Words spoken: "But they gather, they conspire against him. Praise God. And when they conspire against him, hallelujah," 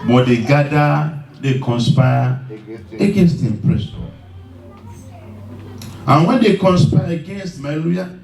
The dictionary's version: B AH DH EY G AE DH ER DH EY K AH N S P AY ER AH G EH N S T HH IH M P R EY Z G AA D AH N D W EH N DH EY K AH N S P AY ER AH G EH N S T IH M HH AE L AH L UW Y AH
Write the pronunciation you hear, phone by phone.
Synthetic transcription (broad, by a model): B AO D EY G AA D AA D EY K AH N S P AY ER AH G EH N S T HH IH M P R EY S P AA AH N W EH N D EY K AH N S P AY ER AH G EH N S T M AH L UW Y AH